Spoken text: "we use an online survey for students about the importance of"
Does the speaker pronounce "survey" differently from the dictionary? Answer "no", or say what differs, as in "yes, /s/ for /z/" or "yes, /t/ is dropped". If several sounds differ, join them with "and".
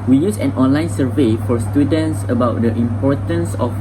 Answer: no